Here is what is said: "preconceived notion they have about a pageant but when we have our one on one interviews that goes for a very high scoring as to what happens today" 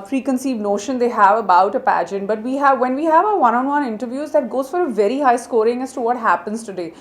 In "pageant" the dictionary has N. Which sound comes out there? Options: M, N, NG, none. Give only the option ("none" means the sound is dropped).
N